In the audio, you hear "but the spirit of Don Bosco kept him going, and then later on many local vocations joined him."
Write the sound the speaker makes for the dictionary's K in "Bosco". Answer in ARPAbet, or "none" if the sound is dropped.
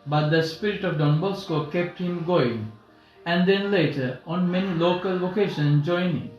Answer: K